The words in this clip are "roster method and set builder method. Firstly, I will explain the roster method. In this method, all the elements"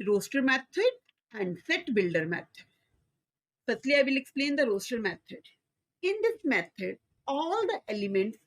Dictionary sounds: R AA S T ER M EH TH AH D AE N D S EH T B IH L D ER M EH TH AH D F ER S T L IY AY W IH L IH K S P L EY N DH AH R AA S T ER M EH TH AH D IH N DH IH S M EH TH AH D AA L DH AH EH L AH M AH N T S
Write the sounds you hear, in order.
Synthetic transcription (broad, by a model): R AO S T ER M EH T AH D AE N D S EH T B IH L D ER M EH T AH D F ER T L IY AY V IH L IH K S P L EY N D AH R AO S T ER M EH T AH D IH N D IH S M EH T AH D AA L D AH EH L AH M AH N T S